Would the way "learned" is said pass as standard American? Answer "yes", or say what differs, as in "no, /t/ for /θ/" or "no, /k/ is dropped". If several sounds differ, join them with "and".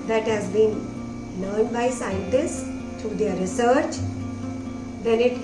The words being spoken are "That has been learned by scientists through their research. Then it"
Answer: no, /n/ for /l/